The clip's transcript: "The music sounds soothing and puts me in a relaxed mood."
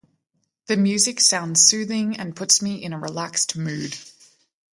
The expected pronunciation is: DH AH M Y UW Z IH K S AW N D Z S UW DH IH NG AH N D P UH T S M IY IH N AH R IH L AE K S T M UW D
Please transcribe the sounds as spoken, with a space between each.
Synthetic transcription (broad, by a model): DH AH M Y UW Z IH K S AW N D Z S UW DH IH NG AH N P UH T S M IY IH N AH R IH L AE K S T M UW D